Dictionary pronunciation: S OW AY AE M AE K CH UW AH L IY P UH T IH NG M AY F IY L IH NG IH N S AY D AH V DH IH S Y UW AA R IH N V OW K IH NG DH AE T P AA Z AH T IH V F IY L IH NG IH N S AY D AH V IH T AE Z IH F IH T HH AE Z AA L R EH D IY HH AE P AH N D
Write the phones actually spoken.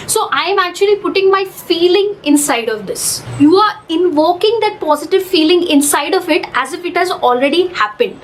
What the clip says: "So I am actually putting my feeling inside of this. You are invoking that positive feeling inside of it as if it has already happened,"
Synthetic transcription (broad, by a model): S OW AY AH M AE K CH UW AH L IY P UH T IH NG M AY F IY L IH NG IH N S AY D AH V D IH S Y UW AA R IH N V OW K IH NG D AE T P AA Z AH T IH V F IY L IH NG IH N S AY D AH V IH T AE Z IH F IH T HH AE Z AA L R EH D IY HH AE P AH N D